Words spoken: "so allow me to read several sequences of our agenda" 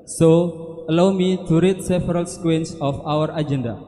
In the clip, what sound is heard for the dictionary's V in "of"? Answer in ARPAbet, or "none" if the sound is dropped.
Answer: W